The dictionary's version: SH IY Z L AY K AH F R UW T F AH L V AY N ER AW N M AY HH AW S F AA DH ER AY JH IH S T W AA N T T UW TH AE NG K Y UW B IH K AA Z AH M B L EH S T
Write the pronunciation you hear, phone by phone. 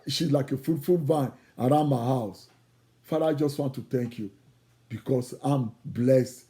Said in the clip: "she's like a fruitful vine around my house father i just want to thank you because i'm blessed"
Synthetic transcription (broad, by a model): SH IY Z L AY K AH F UW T F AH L V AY N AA AW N M AY HH AW S F AA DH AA AY JH IH S T W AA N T T UW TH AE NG K Y UW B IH K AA S AH M B L EH S T